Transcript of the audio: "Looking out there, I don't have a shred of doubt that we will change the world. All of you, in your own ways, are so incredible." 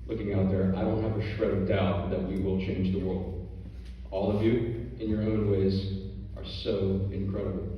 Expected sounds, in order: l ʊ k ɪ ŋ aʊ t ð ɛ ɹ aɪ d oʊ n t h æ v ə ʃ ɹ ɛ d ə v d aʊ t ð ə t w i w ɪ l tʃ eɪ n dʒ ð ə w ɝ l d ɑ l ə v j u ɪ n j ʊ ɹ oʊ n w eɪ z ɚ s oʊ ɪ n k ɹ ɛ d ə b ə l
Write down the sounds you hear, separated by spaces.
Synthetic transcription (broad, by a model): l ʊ k ɪ ŋ aʊ t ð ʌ ɹ aɪ d oʊ n t h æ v ə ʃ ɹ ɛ ə d aʊ t ð ə t w i w ɪ l tʃ eɪ n dʒ ð ə w ɝ l d ɑ l ə v j u ɪ n j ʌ ɹ oʊ n w eɪ z ɚ s oʊ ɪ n k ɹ ɛ d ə b l